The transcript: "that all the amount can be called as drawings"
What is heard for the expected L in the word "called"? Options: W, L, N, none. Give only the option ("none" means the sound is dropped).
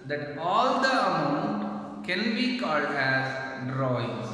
L